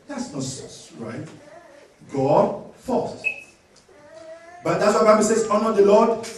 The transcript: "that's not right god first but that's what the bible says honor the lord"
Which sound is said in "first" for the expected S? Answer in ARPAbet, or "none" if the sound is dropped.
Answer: none